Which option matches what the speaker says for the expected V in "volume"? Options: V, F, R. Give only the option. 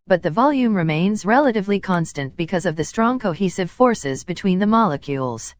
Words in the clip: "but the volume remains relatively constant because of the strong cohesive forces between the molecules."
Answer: V